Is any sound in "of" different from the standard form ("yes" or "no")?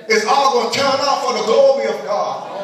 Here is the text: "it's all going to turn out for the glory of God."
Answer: no